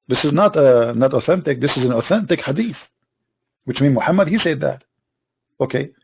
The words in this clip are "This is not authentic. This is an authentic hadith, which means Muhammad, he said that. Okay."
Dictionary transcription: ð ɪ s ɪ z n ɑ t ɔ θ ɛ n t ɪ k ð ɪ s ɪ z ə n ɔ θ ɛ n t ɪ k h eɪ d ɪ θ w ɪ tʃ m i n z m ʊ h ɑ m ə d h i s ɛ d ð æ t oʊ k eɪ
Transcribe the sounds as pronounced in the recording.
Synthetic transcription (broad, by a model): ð ɪ s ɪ z n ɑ t ɔ θ ɛ n t ɪ k ð ɪ s ɪ z ə n ɔ θ ɛ n t ɪ k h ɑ d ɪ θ w ɪ tʃ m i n m ʊ h ɑ m ə d h i s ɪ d ð æ t oʊ k eɪ